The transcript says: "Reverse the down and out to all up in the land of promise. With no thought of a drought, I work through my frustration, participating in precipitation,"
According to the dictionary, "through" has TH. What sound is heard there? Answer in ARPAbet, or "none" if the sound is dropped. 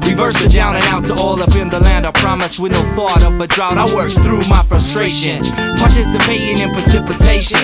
TH